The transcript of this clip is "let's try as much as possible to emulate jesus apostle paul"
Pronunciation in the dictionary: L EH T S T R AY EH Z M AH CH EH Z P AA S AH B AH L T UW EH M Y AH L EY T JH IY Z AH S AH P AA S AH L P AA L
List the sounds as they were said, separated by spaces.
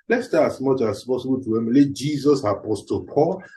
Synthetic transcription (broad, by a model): L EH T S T AY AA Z M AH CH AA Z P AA S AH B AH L T UW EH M L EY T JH IY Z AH S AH P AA S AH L P AA L